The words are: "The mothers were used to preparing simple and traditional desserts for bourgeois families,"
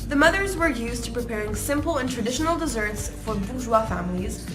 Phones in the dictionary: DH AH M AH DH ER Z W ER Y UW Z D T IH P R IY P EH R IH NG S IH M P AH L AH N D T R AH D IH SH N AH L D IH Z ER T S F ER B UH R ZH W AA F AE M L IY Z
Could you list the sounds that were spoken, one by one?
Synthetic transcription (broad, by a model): DH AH M AH DH ER Z W ER Y UW Z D T IH P R IY P EH R IH NG S IH M P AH L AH N T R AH D IH SH N L D IH Z ER T S F ER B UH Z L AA F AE M L IY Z